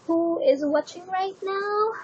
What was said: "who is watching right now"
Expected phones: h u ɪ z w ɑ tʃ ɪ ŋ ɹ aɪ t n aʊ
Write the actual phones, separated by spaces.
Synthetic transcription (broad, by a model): h u ɪ z w ɑ tʃ ɪ ŋ ɹ aɪ t n aʊ